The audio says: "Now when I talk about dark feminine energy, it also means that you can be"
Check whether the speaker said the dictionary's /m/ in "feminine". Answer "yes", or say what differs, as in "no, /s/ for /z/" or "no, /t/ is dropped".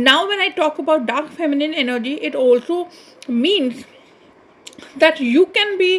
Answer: yes